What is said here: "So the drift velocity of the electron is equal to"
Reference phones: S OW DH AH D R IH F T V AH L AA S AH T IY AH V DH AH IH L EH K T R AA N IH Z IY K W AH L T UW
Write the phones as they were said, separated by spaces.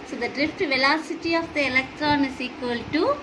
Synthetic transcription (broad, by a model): S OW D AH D R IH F T V AH L AA S AH T IY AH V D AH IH L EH K T R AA N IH S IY K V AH L T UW